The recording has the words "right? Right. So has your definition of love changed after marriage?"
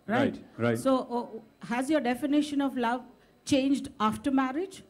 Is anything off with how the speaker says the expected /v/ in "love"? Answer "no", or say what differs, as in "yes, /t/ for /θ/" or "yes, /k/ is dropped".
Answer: no